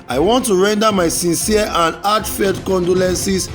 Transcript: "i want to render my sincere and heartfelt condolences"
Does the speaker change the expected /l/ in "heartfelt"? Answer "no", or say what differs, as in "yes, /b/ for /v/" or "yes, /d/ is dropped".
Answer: yes, /l/ is dropped